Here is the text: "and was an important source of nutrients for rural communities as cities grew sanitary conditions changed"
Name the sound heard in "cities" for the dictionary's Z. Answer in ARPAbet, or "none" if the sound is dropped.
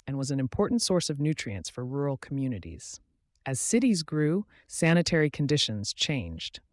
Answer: Z